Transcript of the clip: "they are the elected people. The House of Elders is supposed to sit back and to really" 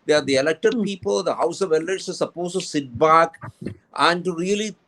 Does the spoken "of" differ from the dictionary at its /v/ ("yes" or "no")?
no